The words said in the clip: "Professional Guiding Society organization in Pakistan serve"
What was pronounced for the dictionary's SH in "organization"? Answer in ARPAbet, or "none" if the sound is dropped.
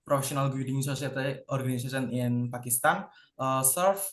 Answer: S